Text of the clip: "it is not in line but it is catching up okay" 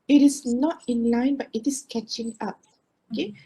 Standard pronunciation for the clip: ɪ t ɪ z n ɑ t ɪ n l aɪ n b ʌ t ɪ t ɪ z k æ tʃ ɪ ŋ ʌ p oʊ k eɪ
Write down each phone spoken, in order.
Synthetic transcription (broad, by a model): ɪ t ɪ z n ɑ t ɪ n l aɪ n b ʌ t ɪ t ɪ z k æ tʃ ɪ ŋ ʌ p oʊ k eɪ